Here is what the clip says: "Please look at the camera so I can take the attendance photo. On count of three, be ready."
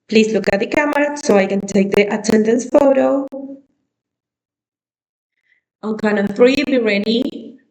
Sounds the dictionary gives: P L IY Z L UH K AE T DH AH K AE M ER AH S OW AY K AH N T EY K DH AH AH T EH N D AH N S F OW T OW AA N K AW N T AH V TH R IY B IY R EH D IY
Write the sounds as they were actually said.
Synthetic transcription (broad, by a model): P L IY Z L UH K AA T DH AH K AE M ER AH S OW AY K AH N T EY K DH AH AH T EH N D AH N S F OW T OW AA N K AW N AH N TH R IY B IY R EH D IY